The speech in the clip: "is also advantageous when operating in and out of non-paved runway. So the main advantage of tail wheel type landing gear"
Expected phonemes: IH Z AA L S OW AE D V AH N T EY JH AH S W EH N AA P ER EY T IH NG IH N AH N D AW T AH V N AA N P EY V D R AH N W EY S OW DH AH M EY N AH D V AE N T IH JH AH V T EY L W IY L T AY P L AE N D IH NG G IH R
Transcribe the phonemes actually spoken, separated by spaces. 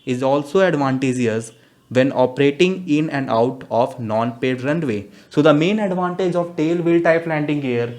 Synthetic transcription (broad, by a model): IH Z AA L S OW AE D V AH N T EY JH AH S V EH N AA P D EY T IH NG IH N AH N D AW T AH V N AA N P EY D R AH N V EY S OW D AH M EY N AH D V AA N T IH JH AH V T EY L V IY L T AY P L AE N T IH NG G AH R